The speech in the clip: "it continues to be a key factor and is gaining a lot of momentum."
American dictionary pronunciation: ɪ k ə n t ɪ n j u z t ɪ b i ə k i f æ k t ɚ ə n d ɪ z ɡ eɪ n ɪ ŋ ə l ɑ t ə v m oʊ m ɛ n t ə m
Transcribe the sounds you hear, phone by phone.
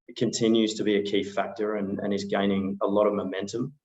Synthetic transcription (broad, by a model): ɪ k ə n t ɪ n j u z t ɪ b i ə k i f æ k t ɚ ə n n ɪ z ɡ eɪ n ɪ ŋ ə l ɑ t ə v m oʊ m ɛ n t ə m